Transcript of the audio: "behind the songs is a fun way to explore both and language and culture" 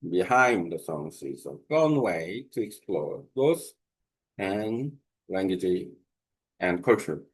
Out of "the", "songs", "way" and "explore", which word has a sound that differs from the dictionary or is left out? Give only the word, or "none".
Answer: songs